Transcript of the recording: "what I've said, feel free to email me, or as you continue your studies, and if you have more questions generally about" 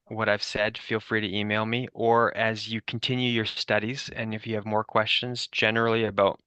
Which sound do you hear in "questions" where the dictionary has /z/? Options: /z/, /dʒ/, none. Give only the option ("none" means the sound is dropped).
/z/